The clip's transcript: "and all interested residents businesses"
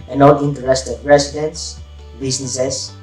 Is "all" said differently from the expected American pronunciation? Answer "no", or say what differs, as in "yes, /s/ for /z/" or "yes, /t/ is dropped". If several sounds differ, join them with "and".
yes, /n/ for /l/